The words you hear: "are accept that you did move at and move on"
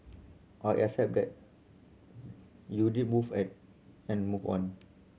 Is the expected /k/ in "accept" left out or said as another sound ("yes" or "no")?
yes